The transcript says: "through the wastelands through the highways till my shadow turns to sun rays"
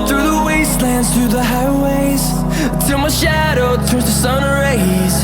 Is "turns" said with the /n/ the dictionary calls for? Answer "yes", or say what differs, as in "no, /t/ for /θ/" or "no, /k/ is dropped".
no, /n/ is dropped